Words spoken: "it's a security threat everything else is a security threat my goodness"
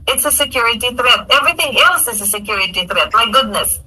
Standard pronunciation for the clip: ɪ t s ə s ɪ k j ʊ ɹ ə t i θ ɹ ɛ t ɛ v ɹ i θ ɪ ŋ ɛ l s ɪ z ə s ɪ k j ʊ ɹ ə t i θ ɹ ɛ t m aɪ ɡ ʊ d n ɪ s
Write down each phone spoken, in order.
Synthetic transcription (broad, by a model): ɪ t s ə s ɪ k j ʊ ɹ ə t i θ ɹ ɛ t ɛ v ɹ i θ ɪ ŋ ɛ l s ɪ z ə s ɪ k j ʊ ɹ ə t i θ ɹ ɛ t m aɪ ɡ ʊ d n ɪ s